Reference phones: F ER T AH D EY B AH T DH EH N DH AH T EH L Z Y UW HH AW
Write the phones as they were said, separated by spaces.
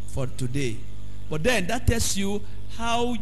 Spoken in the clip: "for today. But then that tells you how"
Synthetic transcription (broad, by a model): F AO T AH D EY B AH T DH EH N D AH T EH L S Y UW HH AW